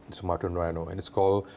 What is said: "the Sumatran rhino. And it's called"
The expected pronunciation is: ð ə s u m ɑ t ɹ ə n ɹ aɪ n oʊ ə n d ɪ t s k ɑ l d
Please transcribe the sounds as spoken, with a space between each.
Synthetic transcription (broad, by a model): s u m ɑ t ə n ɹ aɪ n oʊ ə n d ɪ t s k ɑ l